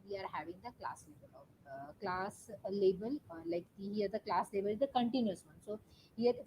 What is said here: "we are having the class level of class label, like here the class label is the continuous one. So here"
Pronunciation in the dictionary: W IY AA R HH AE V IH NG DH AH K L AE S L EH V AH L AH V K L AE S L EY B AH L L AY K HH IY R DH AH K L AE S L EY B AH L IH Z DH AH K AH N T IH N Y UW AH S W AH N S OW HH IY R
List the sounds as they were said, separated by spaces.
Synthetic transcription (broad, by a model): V IY AA R HH AE V IH NG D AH K L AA S L EH B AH L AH K L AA S L EY B AH L L AY K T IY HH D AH K L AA S L EY B AH L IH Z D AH K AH N T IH N Y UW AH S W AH N S OW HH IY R